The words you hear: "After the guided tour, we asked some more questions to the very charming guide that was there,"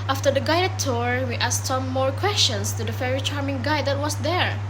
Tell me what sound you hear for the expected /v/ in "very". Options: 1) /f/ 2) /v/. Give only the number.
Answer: 1